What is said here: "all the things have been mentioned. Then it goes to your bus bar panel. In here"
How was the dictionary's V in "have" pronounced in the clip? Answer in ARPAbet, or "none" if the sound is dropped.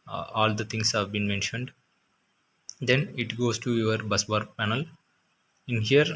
V